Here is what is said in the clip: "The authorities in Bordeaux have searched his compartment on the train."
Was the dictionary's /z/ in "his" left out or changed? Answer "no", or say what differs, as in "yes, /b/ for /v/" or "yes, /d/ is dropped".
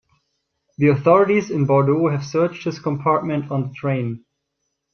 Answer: yes, /s/ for /z/